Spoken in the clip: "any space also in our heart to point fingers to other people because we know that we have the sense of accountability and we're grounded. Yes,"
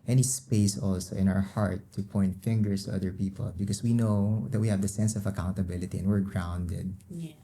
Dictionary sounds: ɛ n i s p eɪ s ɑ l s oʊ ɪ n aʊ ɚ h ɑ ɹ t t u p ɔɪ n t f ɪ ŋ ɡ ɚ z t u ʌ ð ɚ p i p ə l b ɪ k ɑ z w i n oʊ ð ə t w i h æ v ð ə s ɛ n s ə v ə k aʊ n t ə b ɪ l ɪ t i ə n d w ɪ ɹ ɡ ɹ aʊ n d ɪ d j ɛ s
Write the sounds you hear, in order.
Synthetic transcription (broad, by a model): ɛ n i s p eɪ s ɑ l s oʊ ɪ n aʊ ɚ h ɑ ɹ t t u p ɔɪ n t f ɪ ŋ ɡ ɚ s t u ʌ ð ɚ p i p ə l b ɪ k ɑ s w i n oʊ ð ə t w i h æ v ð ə s ɛ n s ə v ə k aʊ n t ə b ɪ l ɪ t i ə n w ɪ ɹ ɡ ɹ aʊ n d ɪ d